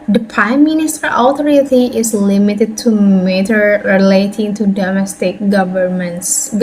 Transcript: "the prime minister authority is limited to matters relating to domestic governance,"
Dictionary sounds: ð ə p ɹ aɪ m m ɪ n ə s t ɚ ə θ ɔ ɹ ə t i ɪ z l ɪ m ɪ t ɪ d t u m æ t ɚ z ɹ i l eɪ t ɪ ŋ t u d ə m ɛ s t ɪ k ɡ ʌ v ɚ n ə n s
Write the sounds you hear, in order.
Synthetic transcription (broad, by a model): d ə p ɹ aɪ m m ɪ n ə s t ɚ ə t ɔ ɹ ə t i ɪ s l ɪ m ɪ t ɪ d t u m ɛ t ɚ ɹ i l eɪ t ɪ ŋ t u d ə m ɛ s t ɪ k ɡ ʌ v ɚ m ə n s